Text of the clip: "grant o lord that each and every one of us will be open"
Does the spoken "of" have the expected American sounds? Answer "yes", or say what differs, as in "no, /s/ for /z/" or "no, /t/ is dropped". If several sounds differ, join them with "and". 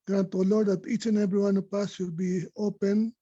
no, /p/ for /v/